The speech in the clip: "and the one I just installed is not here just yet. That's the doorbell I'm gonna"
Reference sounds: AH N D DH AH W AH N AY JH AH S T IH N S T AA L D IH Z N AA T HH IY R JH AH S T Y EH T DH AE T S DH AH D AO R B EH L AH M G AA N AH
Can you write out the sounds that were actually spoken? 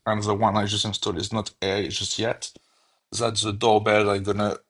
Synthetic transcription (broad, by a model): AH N DH AH W AH N AY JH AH S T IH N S T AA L IH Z N AA T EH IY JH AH S T Y EH T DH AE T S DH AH D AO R B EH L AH G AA N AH